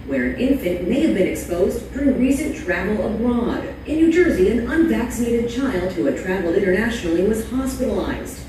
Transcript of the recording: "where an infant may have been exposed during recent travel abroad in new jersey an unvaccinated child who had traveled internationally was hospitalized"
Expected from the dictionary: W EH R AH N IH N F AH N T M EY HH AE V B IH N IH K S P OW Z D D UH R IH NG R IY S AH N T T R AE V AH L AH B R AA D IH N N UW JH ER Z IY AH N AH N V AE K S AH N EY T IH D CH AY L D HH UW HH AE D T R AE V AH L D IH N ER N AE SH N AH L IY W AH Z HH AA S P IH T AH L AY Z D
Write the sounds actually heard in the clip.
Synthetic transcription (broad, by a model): W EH R AH N IH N F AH N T M EY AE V B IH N IH K S P OW Z D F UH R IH R IY S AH N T T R AE V L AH B R AA D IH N N UW JH ER Z IY AH N AH N V AE K S AH N EY T IH D CH AY L D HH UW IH T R AE V L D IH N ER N AE SH N L IY W AH Z HH AA S P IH T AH L AY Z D